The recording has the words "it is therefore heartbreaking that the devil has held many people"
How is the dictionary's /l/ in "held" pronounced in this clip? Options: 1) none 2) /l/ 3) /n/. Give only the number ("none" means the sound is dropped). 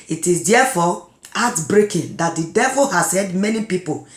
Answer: 1